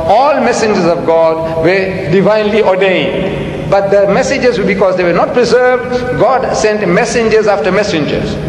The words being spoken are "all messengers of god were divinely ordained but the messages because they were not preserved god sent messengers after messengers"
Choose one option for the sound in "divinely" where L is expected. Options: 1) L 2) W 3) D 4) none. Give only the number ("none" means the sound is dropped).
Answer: 1